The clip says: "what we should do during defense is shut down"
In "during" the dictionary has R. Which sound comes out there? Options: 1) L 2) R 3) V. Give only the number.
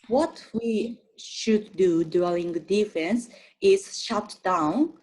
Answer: 1